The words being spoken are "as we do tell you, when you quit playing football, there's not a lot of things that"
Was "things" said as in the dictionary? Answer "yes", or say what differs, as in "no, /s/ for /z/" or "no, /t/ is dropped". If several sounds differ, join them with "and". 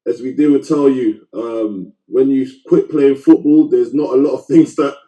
yes